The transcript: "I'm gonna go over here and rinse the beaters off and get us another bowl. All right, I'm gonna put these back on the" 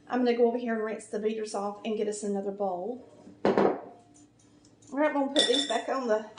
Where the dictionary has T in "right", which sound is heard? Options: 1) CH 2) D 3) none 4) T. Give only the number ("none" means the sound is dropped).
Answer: 3